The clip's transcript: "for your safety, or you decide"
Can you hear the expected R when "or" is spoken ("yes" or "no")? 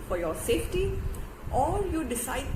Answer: no